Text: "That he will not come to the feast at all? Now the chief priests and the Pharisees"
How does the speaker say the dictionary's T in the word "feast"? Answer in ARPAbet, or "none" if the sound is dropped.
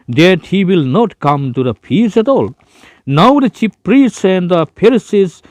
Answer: none